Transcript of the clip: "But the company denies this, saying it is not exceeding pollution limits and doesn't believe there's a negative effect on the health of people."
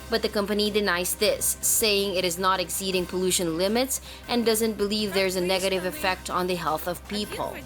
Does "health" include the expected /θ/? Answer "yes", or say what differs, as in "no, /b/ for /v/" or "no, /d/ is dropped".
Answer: yes